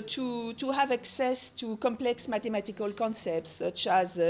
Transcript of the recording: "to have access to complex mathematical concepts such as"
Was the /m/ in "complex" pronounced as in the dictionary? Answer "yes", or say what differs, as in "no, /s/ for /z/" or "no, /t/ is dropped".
yes